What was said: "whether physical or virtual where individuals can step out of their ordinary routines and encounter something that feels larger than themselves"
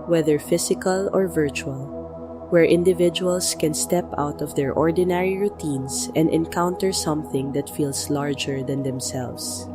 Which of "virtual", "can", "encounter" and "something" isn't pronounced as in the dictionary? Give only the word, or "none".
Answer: none